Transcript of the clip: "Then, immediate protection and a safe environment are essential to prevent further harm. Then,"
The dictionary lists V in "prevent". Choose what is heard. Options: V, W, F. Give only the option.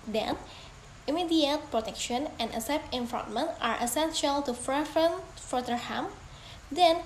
F